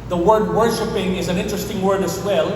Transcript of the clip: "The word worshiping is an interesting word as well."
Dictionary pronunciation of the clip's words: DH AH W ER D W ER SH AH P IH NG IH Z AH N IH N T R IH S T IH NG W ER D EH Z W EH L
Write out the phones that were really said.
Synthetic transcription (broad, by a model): DH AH W ER D W ER SH AH P IH NG IH Z AH N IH N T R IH S T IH NG W ER D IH Z W EH L